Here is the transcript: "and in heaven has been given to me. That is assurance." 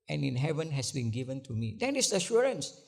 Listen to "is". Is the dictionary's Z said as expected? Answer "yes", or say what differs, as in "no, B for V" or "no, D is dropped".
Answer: no, S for Z